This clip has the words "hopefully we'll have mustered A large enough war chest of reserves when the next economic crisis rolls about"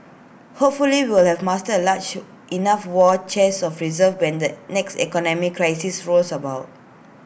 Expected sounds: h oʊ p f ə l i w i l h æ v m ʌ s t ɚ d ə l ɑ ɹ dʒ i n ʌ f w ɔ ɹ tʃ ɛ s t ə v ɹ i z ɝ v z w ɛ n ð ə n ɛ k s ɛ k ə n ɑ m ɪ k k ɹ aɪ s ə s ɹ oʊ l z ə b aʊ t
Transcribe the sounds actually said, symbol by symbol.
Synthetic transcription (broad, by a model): h oʊ p f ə l i w i l h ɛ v m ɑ s t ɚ ə l ɑ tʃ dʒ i n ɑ f w ɔ tʃ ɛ s ə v ɹ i z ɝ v w ɛ n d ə n ɛ k s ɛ k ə n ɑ m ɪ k k ɹ aɪ s ə s ɹ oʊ l s ə b aʊ t